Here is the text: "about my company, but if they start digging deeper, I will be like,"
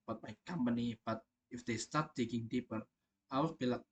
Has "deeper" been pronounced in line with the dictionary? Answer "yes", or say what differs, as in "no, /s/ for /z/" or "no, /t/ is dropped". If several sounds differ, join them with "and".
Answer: yes